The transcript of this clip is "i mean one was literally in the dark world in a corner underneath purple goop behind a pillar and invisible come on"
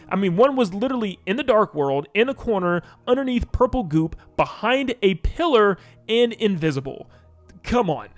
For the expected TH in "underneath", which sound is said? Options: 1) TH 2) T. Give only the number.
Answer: 1